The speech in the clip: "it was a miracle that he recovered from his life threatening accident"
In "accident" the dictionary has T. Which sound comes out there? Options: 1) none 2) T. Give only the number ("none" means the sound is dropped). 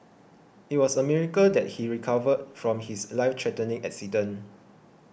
1